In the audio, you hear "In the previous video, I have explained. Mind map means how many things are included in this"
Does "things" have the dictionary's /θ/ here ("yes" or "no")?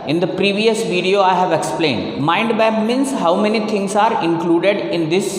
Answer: no